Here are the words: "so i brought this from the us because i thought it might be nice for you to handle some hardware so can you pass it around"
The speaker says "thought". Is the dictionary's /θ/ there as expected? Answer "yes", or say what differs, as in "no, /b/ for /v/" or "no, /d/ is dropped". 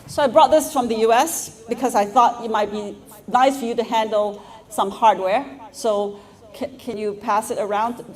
yes